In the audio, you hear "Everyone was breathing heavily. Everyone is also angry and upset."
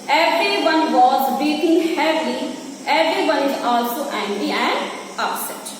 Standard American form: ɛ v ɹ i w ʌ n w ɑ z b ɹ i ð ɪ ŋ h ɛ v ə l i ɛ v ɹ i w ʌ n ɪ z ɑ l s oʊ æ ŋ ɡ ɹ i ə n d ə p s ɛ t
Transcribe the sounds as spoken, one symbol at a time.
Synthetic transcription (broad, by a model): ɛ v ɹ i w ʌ n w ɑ z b i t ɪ ŋ h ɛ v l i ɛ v ɹ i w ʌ n ɪ z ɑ l s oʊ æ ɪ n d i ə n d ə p s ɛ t